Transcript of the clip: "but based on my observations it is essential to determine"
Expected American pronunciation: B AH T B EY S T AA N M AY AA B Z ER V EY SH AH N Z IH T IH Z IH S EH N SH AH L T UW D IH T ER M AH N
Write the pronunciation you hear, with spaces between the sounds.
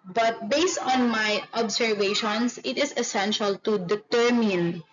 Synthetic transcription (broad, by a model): B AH T B EY S T AA N M AY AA B S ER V EY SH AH N S IH T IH S IH S EH N SH AH L T UW D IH T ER M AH N